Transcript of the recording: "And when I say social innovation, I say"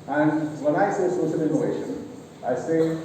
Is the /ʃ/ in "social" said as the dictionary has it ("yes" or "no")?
no